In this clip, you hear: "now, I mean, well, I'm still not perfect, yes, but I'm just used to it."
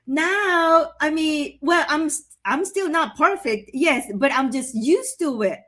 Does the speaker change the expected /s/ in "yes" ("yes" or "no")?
no